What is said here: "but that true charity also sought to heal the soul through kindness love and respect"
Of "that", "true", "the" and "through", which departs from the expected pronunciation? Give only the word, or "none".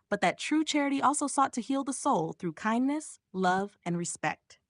none